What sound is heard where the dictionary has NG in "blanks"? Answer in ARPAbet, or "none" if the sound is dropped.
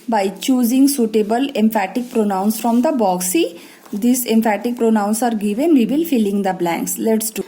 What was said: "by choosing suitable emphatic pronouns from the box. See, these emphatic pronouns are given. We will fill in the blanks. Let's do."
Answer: NG